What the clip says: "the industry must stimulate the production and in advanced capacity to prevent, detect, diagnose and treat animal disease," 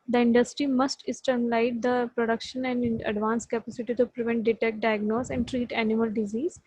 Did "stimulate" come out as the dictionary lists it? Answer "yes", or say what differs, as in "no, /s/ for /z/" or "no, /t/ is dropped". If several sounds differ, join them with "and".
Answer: no, /l/ is dropped